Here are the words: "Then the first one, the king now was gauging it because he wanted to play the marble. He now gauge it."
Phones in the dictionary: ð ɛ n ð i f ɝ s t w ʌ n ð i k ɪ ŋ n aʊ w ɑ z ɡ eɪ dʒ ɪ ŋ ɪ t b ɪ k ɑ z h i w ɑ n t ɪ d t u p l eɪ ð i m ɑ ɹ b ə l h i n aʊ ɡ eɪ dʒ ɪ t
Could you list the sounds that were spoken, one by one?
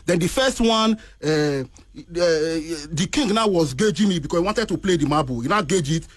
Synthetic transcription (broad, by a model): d ɛ n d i f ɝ s t w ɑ n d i k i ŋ n aʊ w ɑ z ɡ eɪ dʒ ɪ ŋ ɪ t b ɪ k ɑ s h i w ɑ n t ɪ d t u p l eɪ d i m ɑ b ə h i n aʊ ɡ eɪ dʒ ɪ t